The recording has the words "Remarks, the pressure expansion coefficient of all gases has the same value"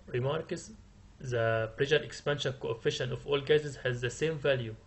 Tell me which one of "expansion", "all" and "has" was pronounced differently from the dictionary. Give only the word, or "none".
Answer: none